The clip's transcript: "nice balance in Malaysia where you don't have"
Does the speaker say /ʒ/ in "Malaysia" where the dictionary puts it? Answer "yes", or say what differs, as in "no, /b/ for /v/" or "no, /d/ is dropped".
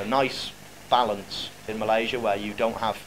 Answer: yes